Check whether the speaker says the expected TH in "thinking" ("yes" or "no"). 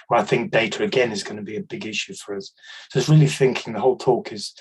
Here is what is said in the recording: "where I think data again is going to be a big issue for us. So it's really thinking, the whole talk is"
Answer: yes